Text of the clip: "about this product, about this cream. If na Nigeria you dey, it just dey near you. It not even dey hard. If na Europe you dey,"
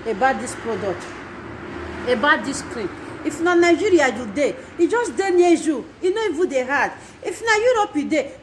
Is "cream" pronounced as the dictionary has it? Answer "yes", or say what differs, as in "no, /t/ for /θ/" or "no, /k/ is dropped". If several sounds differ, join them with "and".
no, /m/ is dropped